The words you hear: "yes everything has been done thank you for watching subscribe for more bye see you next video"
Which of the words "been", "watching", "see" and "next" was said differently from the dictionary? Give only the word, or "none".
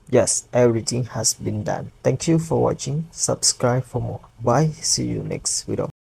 none